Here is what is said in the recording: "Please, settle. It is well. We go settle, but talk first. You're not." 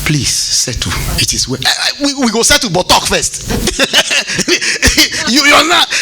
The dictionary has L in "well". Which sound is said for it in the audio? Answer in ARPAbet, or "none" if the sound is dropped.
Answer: W